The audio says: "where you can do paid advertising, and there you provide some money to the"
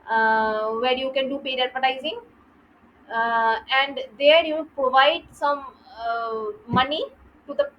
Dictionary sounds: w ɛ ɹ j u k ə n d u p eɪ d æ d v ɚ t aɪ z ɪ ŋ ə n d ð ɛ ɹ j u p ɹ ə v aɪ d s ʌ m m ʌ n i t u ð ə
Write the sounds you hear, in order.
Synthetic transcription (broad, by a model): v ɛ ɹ j u k ə n d u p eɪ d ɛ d p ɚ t aɪ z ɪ ŋ ə n d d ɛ ɹ j u p ɹ ə v aɪ d s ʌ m m ʌ n i t u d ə